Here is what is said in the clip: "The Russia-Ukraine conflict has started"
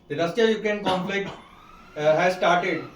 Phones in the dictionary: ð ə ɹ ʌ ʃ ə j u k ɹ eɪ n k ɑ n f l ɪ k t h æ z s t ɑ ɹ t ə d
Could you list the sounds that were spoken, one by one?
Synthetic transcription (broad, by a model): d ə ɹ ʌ s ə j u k eɪ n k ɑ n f l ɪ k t h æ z s t ɑ ɹ t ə d